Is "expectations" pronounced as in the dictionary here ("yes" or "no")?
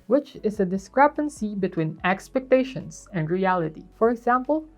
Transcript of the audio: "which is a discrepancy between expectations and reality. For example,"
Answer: no